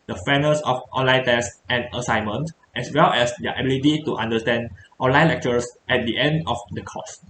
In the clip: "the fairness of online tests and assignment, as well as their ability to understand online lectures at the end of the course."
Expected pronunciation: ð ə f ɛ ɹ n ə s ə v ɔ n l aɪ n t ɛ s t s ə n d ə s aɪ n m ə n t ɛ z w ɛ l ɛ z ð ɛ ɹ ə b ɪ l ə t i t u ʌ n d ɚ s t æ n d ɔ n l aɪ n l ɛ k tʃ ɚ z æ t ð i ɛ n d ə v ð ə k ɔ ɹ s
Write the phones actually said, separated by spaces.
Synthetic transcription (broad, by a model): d ə f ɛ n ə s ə f ɔ n l aɪ n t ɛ s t ə n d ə s aɪ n m ə n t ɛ s w ɛ l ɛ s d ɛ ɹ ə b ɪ l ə t i t u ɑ n d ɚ s t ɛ n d ɔ n l aɪ n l ɛ k tʃ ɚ s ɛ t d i ɛ n d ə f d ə k ɔ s